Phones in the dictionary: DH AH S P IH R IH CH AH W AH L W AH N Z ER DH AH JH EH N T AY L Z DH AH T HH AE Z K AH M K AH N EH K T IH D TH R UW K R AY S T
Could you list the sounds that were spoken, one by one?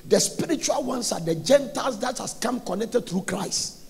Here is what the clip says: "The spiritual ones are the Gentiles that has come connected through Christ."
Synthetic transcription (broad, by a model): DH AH S P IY R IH CH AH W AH L W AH N S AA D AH JH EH N T AY L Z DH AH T HH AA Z K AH M K AH N EH K T IH D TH R UW K R AY S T